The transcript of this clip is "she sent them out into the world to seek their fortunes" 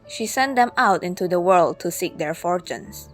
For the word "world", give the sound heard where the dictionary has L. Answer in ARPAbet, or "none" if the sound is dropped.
L